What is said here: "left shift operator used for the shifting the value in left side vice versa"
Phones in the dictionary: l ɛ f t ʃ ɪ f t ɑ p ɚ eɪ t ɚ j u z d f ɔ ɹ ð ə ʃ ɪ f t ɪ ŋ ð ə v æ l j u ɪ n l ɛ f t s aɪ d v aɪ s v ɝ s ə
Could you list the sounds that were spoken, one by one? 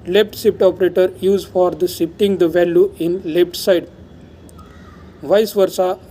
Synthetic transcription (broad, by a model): l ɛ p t s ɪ p t ɑ p ɚ eɪ t ɚ j u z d f ɔ ɹ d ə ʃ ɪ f t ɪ ŋ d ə v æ l j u ɪ n l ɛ p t s aɪ d v aɪ s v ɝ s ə